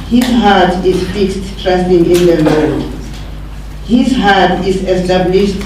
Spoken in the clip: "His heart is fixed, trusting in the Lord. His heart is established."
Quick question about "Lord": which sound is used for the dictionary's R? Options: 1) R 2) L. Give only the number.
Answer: 2